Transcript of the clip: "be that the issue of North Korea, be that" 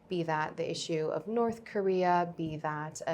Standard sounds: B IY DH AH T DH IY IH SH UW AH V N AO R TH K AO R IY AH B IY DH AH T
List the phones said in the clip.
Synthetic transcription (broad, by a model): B IY DH AH T DH IY IH SH UW AH V N AO R TH K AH R IY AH B IY DH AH T